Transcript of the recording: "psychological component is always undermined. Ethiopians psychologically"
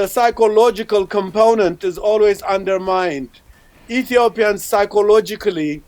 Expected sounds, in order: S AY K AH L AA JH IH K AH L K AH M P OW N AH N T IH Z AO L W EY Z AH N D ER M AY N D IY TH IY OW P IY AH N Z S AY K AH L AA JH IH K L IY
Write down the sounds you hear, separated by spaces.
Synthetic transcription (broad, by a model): S AY K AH L AA JH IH K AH L K AH M P OW N AH N T IH Z AO L W EY Z AH N D ER M AY N D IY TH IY OW P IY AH N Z S AY K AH L AA JH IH K L IY